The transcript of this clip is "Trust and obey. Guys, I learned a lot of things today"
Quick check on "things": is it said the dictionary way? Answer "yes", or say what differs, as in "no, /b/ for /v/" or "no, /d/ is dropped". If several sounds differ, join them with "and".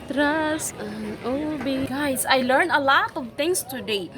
no, /t/ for /θ/